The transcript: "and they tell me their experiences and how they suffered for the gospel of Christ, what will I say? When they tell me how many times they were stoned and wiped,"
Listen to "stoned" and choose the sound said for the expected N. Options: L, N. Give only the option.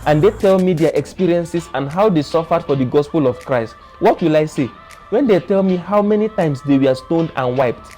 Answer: N